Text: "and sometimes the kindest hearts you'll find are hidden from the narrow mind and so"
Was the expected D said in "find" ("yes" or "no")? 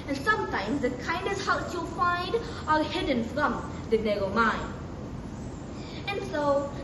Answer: yes